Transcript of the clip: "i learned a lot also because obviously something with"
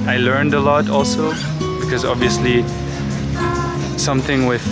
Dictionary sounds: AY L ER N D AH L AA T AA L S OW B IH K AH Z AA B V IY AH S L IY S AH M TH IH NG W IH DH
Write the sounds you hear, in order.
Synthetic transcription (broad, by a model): AY L ER N D AH L AA T AA L S OW B IH K AH Z AA B V IY AH S L IY S AH M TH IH NG W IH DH